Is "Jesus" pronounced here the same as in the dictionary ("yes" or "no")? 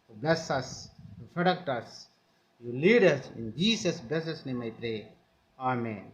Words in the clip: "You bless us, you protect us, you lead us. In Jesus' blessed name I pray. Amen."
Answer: no